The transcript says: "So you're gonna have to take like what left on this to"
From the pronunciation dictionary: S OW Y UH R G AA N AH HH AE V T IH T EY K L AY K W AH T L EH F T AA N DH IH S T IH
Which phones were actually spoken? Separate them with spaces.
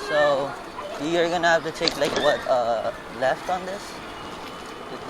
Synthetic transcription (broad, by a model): S OW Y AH R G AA N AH HH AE F T IH T EY K L AY K W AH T L EH F T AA N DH IH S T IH